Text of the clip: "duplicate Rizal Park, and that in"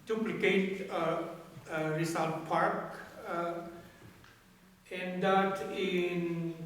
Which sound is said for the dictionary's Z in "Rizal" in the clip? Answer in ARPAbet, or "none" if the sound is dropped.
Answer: S